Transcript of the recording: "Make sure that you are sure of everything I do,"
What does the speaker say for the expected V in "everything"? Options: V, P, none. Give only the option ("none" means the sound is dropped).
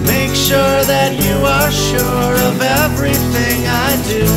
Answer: V